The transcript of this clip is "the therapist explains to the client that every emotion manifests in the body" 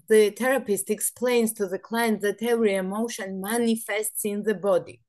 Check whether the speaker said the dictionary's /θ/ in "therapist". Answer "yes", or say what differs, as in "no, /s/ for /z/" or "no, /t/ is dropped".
no, /t/ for /θ/